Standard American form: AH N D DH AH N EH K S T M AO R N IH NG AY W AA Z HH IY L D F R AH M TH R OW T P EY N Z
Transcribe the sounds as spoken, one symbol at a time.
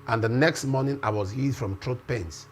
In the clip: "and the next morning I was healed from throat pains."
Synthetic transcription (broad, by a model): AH N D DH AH N EH K S T M AO N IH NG AY W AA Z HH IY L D F R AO M T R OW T P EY N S